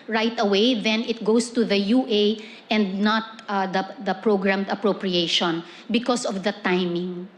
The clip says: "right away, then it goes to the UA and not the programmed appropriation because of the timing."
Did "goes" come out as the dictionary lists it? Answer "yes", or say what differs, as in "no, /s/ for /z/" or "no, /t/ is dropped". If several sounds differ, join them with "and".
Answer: no, /s/ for /z/